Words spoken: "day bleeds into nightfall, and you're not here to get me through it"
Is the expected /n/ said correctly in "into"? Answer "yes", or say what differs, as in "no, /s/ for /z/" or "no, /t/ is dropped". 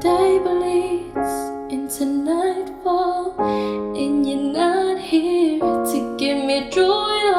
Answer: yes